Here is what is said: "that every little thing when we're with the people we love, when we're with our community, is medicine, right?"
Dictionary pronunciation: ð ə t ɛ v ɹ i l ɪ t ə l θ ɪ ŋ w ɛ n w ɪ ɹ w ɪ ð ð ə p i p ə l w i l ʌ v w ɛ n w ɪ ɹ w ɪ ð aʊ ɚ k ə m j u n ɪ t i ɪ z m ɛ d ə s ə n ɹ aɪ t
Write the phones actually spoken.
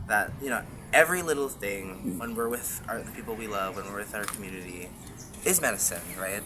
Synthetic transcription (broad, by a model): ð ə t ɛ v ɹ i l ɪ t l θ ɪ ŋ w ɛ n w ɪ ɹ w ɪ ð ð ə p i p l w i l ʌ v w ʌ n w ɪ ɹ w ɪ ð aʊ ɚ k m j u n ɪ t i ɪ z m ɛ d ə s ə n ɹ aɪ t